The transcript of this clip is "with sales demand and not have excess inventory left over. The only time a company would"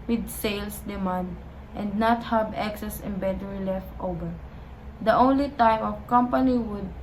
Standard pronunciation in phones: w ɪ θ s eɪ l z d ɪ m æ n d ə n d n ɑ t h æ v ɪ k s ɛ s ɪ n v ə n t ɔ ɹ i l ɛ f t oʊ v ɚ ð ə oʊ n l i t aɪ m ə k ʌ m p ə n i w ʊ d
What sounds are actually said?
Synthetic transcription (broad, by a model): w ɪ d s eɪ l s d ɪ m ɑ n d ə n d n ɑ t h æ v ɪ k s ɛ s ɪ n b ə t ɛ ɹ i l ɛ f t oʊ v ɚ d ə oʊ n l i t aɪ m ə k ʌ m p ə n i w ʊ d